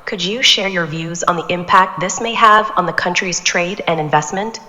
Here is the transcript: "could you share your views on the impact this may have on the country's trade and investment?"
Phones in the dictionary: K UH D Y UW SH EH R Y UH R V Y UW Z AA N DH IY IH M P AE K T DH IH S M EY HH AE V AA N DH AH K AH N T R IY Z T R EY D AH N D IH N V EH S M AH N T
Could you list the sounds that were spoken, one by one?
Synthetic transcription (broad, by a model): K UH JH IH SH EH R Y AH R V Y UW Z N DH IY IH M P AE K T DH IH S M EY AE V N DH AH K AH N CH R IY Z T R EY D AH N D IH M V EH S M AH N T